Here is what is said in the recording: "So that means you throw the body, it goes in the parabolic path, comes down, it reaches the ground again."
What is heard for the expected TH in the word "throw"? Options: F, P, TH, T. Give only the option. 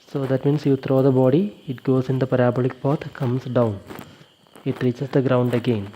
T